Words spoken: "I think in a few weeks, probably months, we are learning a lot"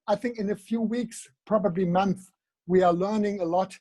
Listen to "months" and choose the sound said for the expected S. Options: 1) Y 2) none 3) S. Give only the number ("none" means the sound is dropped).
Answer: 2